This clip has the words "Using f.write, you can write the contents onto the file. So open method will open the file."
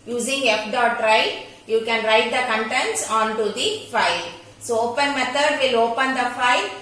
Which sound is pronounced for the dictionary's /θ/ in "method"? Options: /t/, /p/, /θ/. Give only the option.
/t/